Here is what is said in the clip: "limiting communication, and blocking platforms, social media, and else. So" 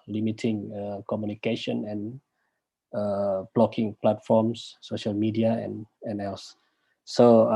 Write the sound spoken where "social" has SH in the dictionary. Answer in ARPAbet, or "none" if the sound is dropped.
SH